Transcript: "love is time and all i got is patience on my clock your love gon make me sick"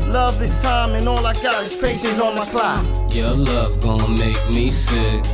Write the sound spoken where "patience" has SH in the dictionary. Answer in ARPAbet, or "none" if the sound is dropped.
S